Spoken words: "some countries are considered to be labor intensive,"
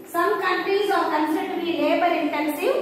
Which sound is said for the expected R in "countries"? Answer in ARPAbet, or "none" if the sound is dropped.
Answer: none